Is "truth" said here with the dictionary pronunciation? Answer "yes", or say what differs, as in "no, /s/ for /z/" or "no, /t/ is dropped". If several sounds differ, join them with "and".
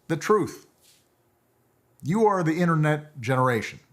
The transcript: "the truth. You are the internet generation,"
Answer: yes